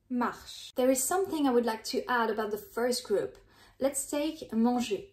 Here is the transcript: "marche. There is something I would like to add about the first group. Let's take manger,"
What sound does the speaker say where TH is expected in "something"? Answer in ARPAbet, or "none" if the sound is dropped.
TH